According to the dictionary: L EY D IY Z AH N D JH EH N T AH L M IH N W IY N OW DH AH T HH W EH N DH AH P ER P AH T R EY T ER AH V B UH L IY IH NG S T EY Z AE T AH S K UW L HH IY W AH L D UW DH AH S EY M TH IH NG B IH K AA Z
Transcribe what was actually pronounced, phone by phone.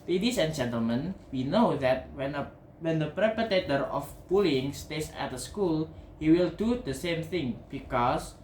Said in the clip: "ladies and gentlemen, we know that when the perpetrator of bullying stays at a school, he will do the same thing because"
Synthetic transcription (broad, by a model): L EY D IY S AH N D JH EH N T AH L M IH N W IY N OW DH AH T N W EH N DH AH P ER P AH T EY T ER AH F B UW L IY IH NG S T EY S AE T AH S K UW L HH IY W AH L D UW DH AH S EY M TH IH NG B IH K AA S